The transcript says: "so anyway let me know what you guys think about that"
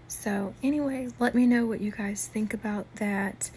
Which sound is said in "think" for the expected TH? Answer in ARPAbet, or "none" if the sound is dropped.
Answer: TH